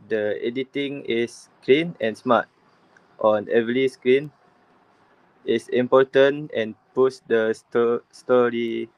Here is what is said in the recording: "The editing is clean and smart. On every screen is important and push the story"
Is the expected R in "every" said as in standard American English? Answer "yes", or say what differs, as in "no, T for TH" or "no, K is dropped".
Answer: no, L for R